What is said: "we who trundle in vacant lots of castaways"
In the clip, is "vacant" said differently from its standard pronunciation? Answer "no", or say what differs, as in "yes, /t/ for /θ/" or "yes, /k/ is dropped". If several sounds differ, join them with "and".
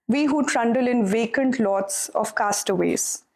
no